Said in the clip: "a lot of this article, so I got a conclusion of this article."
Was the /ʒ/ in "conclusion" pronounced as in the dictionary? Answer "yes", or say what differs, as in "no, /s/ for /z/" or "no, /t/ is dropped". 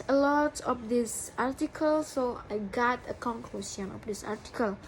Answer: no, /s/ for /ʒ/